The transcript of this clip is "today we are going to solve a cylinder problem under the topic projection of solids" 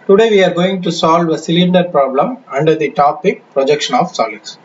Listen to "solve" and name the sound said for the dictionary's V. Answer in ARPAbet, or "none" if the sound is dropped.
V